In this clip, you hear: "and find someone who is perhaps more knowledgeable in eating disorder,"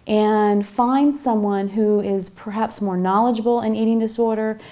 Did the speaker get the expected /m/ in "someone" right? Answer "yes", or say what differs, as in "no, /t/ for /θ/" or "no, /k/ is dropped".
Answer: yes